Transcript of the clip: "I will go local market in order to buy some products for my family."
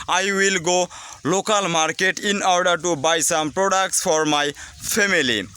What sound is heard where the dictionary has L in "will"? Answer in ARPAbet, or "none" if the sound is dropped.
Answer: L